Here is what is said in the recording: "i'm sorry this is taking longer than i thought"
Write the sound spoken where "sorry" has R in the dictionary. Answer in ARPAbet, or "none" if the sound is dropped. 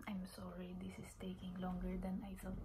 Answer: R